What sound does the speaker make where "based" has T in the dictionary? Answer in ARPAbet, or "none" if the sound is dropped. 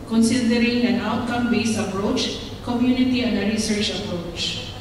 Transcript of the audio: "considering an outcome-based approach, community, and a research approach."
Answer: none